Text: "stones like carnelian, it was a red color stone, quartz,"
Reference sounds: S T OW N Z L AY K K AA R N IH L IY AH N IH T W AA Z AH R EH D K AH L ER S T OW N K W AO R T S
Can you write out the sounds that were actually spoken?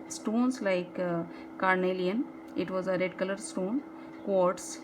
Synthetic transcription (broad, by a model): S T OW N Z L AY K K AA R N IH L IY AH N IH T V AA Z AH R EH D K AH L ER S T OW N K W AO R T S